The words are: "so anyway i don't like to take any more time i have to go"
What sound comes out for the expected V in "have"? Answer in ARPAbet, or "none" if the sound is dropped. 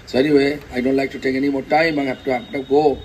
P